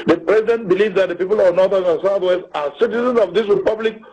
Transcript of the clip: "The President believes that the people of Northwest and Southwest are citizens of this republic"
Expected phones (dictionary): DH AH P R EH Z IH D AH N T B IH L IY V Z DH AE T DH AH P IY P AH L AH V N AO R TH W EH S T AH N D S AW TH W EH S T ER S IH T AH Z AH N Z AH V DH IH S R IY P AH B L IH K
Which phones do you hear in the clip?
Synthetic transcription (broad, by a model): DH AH P R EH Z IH D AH N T B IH L IY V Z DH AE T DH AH P IY P AH L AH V N AO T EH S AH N S AW T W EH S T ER S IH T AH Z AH N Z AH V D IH S R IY P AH B L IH K